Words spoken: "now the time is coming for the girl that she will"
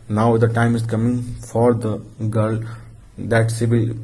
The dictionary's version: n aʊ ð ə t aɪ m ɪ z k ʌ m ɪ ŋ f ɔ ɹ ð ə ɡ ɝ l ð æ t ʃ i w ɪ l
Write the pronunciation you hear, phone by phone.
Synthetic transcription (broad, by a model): n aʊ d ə t aɪ m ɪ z k ʌ m ɪ ŋ f ɔ ɹ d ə ɡ ɝ l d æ t s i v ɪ l